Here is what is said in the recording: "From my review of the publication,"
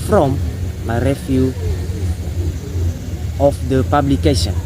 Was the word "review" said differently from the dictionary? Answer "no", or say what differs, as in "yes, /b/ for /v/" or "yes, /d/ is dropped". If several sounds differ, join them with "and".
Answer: yes, /f/ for /v/